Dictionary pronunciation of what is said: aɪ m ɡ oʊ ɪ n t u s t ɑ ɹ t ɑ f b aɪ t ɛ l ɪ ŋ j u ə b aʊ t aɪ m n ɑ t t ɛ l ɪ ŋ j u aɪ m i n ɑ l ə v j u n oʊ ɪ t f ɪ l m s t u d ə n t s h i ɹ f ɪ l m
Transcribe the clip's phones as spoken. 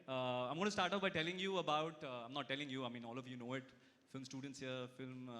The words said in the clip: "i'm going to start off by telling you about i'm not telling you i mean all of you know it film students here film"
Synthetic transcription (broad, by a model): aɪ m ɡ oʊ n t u s t ɑ ɹ t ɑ p b aɪ t ɛ l ɪ ŋ j u ə b aʊ t aɪ m n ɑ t t ɛ l ɪ ŋ j u aɪ m i n ɑ l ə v j u n oʊ ɪ t f ɪ l m s t u d ə n t s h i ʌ f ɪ l m